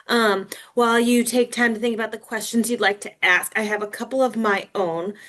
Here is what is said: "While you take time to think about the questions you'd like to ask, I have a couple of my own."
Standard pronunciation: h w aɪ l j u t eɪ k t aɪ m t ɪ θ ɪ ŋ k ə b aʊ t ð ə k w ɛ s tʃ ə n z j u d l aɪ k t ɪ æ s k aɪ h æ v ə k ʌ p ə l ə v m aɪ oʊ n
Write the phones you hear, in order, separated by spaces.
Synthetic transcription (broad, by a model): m w aɪ l j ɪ t eɪ k t aɪ m t ɪ θ ɪ ŋ k ə b aʊ t ð ə k w ɛ s tʃ ə n z j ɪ d l aɪ k t ɪ æ s k aɪ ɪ v ə k ʌ p l ə v m aɪ oʊ n